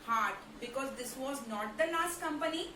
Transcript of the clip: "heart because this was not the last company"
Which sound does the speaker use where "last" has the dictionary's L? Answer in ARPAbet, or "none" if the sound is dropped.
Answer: N